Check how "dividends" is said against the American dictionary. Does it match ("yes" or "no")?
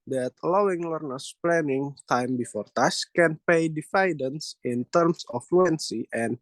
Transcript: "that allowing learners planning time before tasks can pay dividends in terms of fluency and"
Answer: no